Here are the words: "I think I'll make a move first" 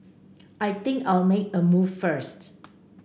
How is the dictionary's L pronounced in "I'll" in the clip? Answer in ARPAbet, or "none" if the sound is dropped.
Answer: L